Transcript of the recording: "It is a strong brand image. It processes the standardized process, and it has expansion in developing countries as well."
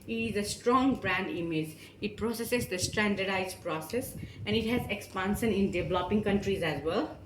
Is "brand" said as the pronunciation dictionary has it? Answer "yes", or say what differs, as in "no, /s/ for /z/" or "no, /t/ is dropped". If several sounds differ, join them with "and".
yes